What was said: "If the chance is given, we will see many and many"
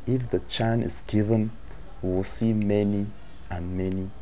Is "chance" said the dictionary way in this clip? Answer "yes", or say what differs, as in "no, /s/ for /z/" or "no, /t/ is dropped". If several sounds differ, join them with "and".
no, /s/ is dropped